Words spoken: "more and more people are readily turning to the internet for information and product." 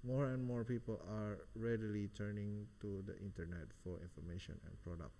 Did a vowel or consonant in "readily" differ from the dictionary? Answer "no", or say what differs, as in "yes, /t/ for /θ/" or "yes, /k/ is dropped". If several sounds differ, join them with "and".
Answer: no